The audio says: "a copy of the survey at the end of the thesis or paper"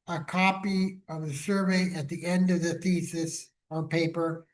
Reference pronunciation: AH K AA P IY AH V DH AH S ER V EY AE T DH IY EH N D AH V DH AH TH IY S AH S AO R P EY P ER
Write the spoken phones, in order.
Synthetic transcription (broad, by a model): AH K AA P IY AH V DH AH S ER V EY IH T DH IY EH N D AH V DH AH TH IY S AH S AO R P EY P ER